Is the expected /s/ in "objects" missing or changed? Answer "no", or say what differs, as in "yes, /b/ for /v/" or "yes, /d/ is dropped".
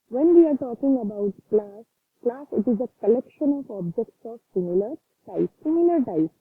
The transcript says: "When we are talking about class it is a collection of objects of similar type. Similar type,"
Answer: no